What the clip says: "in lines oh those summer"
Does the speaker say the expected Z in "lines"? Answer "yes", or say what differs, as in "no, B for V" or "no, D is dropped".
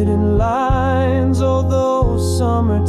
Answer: yes